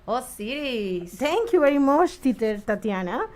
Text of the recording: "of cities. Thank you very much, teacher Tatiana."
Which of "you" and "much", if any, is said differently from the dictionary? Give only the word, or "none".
much